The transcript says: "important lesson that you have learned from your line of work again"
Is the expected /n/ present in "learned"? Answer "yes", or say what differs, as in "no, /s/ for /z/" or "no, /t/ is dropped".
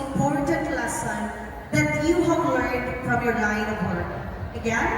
no, /n/ is dropped